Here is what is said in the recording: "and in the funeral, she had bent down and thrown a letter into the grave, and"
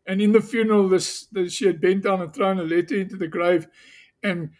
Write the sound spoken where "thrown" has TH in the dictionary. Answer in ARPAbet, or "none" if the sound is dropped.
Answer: TH